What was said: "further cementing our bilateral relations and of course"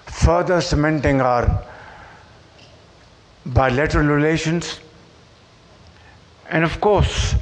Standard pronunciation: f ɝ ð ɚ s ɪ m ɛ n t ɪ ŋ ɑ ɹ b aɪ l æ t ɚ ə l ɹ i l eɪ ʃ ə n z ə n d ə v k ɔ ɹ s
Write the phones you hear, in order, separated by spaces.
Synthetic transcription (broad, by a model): f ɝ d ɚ s ɪ m ɛ n t ɪ ŋ ɑ ɹ b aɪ l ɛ t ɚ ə l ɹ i l eɪ ʃ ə n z ə n d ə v k ɔ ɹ s